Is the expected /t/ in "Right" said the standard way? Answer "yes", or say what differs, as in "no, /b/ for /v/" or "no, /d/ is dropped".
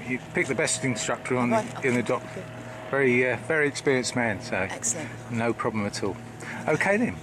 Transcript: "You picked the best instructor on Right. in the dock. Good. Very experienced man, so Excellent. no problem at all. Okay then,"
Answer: no, /t/ is dropped